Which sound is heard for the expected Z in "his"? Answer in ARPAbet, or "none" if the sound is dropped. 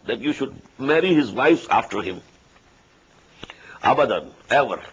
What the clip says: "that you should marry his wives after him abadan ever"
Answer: Z